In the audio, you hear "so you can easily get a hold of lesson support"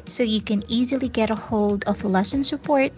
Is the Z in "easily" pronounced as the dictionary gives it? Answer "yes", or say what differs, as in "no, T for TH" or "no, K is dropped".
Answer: yes